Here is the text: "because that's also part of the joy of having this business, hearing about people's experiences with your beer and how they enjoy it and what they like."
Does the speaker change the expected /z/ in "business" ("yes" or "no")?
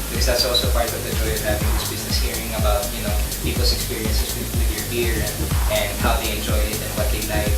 no